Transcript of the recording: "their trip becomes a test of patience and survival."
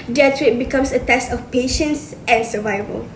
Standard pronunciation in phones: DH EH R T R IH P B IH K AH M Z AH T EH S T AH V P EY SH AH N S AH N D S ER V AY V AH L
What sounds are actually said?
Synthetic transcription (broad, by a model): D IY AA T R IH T B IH K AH M S AH T EH S T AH F P EY SH AH N S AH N S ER V AY V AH L